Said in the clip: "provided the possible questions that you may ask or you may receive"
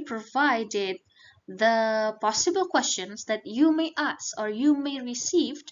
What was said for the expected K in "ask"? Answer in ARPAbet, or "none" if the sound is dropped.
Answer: none